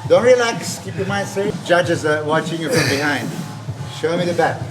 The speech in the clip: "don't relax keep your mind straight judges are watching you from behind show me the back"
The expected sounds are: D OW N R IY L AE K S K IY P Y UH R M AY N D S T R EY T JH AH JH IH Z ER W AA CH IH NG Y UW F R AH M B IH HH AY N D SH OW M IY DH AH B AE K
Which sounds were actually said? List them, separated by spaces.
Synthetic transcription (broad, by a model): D OW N R IY L AE K S K IY P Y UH M AY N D S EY JH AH JH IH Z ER W AA CH IH NG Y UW F R AH M B IH HH AY N D SH OW M IY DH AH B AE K